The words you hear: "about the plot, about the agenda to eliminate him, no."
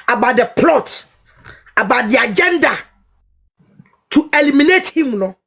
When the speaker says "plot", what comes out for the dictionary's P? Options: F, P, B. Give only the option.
P